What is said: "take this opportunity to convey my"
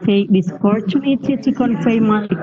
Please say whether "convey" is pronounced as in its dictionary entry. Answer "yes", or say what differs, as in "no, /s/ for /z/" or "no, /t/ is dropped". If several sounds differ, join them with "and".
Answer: no, /f/ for /v/